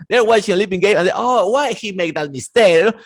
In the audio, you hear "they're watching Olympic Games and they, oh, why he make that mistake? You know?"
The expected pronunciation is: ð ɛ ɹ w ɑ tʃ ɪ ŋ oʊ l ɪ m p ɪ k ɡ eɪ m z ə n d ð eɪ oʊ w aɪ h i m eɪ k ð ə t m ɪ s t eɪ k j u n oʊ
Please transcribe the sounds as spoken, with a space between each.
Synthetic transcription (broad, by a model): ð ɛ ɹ w ɑ tʃ ɪ ŋ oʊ l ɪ p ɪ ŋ ɡ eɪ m ə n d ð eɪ oʊ w aɪ h i m eɪ k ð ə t m ɪ s t eɪ k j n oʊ